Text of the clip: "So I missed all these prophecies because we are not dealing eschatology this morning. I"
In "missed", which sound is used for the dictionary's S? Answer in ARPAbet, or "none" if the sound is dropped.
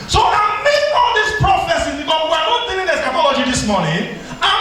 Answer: none